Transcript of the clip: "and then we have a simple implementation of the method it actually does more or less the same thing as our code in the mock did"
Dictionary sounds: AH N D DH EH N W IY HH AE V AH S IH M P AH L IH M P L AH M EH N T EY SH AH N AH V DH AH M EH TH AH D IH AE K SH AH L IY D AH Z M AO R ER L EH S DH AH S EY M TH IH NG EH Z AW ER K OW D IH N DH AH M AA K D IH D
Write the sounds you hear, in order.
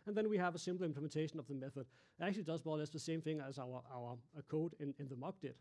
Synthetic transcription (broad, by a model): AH N DH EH N W IY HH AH V AH S IH M P L IH M P L AH M EH N T EY SH AH N AH V DH AH M EH TH AH D IH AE K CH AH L IY D AH Z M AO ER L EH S DH AH S EY M TH IH NG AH Z AW ER K OW D IH N DH AH M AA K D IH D